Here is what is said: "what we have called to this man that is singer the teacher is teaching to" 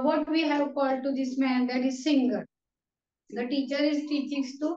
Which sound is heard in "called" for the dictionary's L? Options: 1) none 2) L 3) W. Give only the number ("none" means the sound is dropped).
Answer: 2